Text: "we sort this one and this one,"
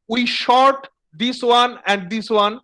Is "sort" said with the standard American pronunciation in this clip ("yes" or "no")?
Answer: no